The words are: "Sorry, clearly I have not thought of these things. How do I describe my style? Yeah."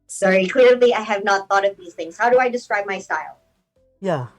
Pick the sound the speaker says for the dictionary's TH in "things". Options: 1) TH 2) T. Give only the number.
1